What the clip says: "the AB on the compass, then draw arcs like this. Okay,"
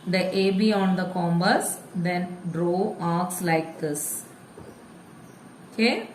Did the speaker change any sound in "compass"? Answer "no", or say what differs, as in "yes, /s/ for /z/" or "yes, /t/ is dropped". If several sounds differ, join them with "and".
yes, /b/ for /p/